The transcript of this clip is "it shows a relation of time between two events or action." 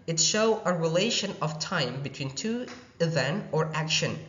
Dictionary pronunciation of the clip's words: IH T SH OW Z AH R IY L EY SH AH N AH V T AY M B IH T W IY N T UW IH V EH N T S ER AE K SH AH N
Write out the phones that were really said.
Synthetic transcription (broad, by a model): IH T SH OW AH R IY L EY SH AH N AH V T AY M B IH T W IY N T UW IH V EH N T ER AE K SH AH N